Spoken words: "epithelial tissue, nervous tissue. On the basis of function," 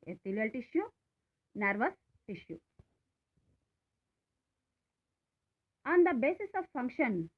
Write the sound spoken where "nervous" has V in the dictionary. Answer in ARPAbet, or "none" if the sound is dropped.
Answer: V